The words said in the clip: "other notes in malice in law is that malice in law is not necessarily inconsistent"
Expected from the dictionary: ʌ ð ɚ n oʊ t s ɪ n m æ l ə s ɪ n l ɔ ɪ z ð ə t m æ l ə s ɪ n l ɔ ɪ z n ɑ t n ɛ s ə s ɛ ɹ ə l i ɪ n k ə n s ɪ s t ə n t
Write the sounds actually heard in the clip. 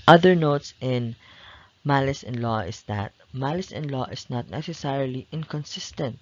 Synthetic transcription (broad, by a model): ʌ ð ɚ n oʊ t s ɪ n m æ l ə s ɪ n l ɔ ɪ s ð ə t m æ l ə s ɪ n l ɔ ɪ s n ɑ t n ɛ s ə s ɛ ɹ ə l i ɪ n k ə n s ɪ s t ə n t